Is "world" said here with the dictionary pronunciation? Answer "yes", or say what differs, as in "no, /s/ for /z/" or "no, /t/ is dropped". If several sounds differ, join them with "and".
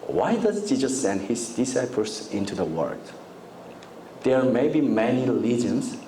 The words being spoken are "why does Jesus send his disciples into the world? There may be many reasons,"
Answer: no, /l/ is dropped